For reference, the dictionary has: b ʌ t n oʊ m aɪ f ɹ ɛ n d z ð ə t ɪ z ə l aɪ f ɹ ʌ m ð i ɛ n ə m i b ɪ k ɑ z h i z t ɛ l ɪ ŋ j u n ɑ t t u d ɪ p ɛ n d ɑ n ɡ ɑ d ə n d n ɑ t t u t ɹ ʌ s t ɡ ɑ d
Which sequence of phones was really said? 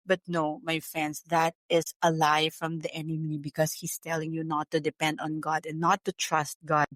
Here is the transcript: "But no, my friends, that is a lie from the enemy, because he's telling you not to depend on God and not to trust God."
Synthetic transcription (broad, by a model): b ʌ t n oʊ m aɪ f ɹ ɛ n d s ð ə t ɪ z ə l aɪ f ɹ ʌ m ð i ɛ n ə m i b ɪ k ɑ s h i s t ɛ l ɪ ŋ j u n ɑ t t u d ɪ p ɛ n d ɑ n ɡ ɑ d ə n n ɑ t t u t ɹ ʌ s t ɡ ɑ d